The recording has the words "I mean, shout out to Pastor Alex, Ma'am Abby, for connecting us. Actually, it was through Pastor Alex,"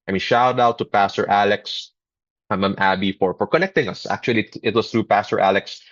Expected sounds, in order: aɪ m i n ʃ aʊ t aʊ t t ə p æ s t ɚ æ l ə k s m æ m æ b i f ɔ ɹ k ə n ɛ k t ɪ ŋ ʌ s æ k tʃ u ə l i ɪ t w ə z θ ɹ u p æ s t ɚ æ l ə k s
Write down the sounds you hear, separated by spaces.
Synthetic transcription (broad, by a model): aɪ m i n ʃ aʊ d aʊ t t ə p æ s t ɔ æ l ə k s m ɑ m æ b i f ɔ ɹ k ə n ɛ k t ɪ ŋ ʌ s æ k tʃ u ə l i ɪ t w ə s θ ɹ u p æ s t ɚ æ l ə k s